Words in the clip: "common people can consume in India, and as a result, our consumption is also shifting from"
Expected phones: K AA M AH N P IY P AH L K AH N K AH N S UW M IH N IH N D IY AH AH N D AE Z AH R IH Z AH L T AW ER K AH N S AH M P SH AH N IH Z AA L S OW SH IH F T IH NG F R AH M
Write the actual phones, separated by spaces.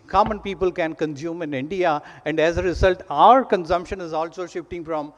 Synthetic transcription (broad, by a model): K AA M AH N P IY P AH L K AH N K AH N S UW M IH N IH N D IY AH AH N D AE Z AH R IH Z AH L T AW ER K AH N S AH M P SH AH N IH Z AA L S OW SH IH F T IH NG F R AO M